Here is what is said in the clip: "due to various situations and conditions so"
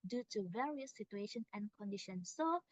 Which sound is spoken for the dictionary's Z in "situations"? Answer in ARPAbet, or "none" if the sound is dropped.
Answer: none